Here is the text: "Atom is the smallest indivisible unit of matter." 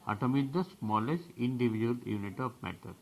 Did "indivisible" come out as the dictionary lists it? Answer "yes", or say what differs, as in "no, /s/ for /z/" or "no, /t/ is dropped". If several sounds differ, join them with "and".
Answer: no, /b/ is dropped